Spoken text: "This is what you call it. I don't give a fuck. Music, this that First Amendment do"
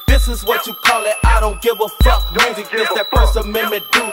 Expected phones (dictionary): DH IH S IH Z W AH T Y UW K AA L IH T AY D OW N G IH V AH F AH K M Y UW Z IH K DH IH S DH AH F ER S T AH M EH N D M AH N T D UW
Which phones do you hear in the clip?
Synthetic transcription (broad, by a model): DH IH S IH Z W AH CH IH K AA L IH T AY D OW N G IH V AH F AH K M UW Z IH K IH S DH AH P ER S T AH M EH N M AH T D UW